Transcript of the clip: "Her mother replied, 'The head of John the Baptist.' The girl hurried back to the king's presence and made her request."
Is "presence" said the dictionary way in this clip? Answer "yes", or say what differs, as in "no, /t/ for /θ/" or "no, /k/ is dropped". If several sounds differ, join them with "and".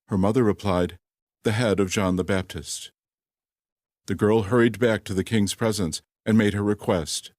yes